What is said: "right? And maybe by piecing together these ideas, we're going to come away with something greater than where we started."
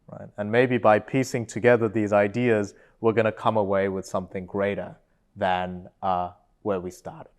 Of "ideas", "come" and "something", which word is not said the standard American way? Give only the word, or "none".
none